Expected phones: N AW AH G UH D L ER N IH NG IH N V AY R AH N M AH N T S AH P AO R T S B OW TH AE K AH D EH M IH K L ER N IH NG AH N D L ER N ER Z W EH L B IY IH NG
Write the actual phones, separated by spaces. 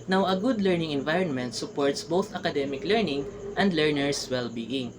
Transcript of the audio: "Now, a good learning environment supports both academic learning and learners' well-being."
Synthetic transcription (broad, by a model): N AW AH G UH D L ER N IH NG IH N V AY R AH N M AH N T S AH P AO R T S B OW TH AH K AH D EH M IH K L ER N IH NG AH N D L ER N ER S W EH L B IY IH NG